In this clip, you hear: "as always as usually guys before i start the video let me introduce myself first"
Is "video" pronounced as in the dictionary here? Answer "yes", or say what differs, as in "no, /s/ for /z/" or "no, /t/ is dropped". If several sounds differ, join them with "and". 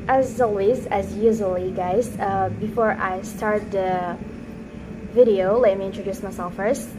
yes